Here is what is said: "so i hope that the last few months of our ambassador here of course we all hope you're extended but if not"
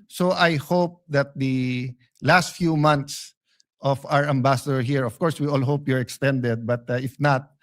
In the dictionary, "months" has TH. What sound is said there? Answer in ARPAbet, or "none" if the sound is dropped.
T